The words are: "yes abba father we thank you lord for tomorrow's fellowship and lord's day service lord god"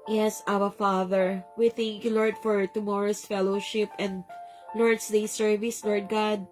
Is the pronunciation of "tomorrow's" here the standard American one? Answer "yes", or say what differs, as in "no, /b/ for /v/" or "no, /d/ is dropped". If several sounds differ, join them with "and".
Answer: no, /s/ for /z/